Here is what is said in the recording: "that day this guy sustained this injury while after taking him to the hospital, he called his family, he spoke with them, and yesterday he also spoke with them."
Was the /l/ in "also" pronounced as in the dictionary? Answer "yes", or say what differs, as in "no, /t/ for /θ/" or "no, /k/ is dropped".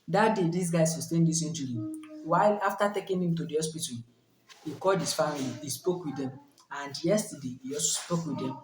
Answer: no, /l/ is dropped